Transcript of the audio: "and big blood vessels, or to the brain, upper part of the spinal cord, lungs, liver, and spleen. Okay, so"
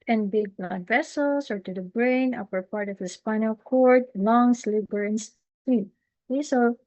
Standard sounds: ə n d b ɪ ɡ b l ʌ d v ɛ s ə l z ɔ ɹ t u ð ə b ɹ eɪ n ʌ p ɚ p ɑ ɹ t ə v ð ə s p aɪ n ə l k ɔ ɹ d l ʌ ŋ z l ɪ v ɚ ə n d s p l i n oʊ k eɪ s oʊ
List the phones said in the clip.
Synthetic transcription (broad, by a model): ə n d b ɪ ɡ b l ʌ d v ɛ s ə l s ɔ ɹ t u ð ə b ɹ eɪ n ʌ p ɚ p ɑ ɹ t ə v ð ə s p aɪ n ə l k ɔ ɹ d l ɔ ŋ s l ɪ b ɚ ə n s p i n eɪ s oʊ